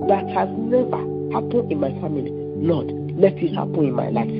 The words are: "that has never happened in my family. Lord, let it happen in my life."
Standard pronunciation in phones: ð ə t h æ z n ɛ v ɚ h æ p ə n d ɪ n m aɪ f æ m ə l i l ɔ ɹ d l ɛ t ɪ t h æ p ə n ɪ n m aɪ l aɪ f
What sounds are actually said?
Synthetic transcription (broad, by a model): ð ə t h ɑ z n ɛ v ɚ h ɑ p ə n ɪ n m aɪ f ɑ m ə l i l ɔ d l ɛ t ɪ t h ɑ p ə n ɪ n m aɪ l aɪ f